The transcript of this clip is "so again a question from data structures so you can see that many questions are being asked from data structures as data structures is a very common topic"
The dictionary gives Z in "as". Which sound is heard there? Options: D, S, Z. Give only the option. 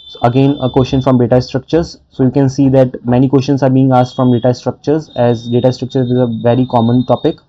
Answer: Z